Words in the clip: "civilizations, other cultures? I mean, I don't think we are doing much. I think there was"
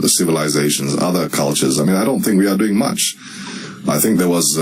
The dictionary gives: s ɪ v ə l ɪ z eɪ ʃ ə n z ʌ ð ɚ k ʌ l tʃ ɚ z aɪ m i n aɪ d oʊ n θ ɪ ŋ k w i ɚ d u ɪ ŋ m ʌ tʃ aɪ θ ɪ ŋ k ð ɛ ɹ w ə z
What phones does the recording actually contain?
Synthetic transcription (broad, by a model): s ɪ v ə l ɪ z eɪ ʃ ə n z ʌ ð ɚ k ʌ l tʃ ɚ z aɪ m i n aɪ d oʊ n θ ɪ ŋ k w i ɚ d u ɪ ŋ m ʌ tʃ aɪ θ ɪ ŋ k ð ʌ ɹ w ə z